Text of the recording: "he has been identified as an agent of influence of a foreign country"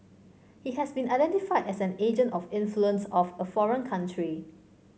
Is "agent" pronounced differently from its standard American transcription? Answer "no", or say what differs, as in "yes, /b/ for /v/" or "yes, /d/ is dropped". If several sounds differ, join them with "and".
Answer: no